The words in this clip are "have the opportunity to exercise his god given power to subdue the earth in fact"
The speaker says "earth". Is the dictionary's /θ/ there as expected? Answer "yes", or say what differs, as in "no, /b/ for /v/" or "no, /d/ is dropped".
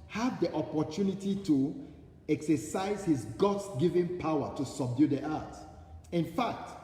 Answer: no, /t/ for /θ/